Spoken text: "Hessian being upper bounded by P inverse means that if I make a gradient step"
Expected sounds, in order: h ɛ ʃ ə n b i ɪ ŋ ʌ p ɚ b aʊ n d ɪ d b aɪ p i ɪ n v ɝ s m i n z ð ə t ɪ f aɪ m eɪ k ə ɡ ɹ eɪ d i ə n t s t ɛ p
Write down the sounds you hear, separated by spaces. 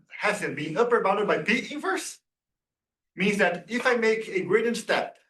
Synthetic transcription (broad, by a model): h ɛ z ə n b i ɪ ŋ ʌ p ɚ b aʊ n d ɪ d b aɪ p i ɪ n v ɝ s m i n z ð ə t ɪ f aɪ m eɪ k ə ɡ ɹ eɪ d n s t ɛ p